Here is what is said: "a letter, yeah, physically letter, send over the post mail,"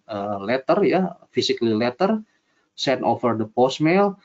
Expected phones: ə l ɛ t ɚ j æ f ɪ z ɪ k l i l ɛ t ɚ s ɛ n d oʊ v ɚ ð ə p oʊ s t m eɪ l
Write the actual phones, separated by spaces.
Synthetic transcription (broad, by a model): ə l ɛ t ɚ j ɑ f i s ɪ k l i l ɛ t ɚ s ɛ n oʊ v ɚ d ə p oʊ s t m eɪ l